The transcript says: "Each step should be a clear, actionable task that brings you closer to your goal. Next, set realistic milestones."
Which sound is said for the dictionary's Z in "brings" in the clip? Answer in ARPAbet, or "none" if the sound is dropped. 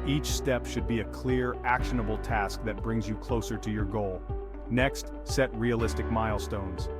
Z